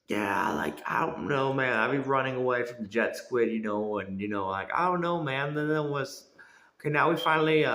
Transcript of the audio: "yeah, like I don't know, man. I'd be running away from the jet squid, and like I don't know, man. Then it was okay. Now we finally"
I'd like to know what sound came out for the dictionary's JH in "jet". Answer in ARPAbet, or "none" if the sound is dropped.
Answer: JH